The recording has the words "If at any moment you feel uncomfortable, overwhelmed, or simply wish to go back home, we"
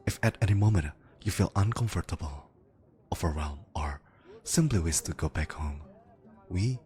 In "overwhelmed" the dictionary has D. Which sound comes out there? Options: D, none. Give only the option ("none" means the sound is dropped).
none